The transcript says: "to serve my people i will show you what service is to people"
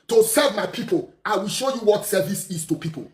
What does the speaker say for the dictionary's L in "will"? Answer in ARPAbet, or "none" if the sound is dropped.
L